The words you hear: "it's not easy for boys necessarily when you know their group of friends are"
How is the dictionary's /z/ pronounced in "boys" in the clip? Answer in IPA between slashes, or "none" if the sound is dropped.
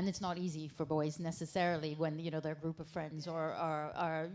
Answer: /z/